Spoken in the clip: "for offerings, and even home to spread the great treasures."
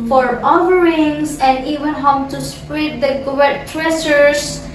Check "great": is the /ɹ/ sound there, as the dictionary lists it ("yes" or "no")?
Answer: no